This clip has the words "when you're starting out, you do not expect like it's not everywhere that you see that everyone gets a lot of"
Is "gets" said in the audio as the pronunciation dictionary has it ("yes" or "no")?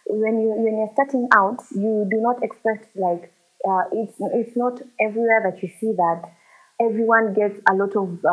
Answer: yes